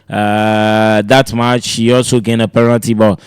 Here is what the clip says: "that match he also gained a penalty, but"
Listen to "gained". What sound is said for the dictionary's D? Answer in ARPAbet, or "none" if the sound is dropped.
none